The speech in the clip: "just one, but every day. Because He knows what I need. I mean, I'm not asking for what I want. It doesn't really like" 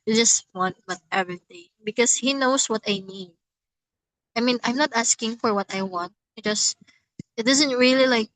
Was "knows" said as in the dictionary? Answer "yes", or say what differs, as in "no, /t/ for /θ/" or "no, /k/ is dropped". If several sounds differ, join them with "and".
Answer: no, /s/ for /z/